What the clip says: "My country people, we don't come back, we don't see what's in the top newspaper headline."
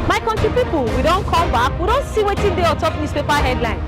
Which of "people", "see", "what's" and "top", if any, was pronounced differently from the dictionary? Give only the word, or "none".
what's